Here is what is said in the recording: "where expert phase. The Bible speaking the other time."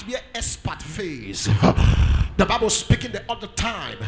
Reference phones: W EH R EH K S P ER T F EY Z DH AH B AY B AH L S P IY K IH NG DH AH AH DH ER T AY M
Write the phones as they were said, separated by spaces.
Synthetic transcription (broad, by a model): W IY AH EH S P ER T F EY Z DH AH B AY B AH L S P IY K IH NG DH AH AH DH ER T AY M